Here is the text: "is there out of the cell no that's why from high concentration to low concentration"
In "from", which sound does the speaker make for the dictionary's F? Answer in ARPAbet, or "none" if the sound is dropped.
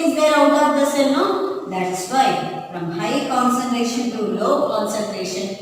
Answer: F